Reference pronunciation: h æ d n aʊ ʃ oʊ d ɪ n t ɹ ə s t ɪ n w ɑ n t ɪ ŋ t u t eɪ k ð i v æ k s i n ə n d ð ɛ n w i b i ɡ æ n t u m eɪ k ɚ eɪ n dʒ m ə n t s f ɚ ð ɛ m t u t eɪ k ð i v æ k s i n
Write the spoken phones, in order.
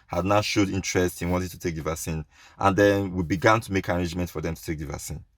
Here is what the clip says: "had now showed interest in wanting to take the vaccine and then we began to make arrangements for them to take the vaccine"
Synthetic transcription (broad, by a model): h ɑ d n aʊ ʃ oʊ d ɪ n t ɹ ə s t ɪ n w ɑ n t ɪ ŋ t u t eɪ k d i v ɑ s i n ə n d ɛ n w i b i ɡ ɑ n t u m eɪ k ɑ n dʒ m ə n t f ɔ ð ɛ m t u t eɪ k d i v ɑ s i n